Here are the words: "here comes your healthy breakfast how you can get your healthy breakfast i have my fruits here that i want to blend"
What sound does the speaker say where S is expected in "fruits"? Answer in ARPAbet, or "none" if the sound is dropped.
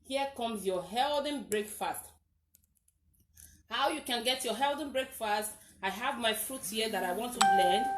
none